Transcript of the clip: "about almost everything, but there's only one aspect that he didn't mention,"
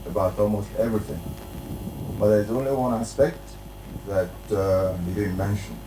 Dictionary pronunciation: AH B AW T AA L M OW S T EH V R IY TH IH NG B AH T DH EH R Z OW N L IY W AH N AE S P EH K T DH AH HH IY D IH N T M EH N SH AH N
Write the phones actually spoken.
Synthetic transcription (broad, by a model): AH B AW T AA L M OW S T EH V R IY TH IH NG B AH T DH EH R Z OW N L IY W AH N AE S P EH K T DH AH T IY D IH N M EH N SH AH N